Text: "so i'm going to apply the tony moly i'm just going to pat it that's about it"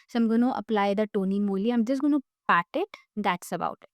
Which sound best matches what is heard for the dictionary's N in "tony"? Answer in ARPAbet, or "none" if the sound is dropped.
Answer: N